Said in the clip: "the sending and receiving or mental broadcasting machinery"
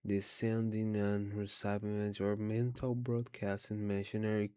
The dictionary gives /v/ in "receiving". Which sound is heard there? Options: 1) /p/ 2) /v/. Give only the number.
1